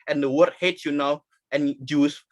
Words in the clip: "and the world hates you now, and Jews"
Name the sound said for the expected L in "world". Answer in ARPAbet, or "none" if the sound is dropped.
none